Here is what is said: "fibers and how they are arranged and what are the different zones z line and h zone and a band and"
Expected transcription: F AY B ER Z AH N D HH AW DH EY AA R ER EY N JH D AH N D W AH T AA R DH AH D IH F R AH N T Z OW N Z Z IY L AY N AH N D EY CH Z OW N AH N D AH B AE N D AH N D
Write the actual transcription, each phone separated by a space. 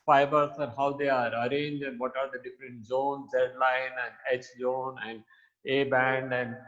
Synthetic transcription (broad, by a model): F AY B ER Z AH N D HH AW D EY AA R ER EY N JH AH N D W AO T AA R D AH D IH F R AH N T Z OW N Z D L AY N AH N D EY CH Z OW N AH N D AH B AE N D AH N D